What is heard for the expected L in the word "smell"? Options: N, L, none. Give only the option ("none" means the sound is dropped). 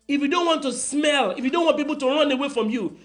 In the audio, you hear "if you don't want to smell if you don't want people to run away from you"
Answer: L